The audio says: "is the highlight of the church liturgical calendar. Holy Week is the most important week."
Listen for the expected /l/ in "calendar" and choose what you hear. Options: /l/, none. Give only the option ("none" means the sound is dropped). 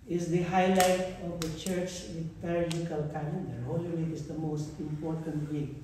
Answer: none